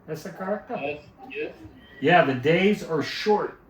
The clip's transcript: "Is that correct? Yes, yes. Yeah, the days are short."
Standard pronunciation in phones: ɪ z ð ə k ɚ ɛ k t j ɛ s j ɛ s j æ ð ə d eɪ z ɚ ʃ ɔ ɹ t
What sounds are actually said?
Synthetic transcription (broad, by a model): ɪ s ð ə k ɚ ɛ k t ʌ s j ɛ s j æ ð ə d eɪ z ɚ ʃ ɔ ɹ t